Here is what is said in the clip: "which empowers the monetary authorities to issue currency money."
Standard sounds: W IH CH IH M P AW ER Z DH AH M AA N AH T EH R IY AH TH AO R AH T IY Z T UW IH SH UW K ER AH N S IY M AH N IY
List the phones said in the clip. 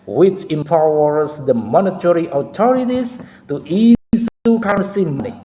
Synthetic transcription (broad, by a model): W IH CH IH M P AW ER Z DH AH M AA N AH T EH R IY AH T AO R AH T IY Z T UW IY S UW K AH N S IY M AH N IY